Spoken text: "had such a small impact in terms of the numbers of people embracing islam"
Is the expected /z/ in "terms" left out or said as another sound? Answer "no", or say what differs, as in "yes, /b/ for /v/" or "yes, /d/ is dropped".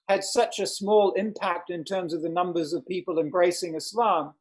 no